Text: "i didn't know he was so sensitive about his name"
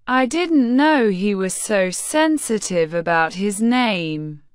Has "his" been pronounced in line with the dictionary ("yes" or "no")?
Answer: yes